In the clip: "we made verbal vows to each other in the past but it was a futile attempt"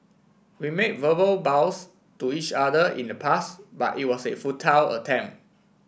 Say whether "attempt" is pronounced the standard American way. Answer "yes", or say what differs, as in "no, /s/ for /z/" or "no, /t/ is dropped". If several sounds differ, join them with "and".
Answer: no, /p/ is dropped